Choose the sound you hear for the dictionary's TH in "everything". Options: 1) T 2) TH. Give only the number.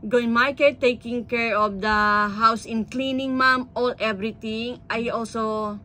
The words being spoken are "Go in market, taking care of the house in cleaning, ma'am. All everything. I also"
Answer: 1